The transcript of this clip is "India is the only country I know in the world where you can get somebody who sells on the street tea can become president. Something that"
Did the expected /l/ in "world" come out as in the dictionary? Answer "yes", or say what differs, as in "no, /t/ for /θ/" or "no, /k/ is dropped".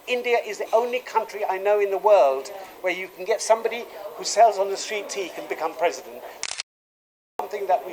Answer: yes